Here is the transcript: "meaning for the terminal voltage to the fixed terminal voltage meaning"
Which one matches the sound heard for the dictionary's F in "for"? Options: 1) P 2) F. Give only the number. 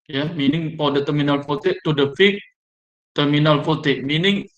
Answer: 1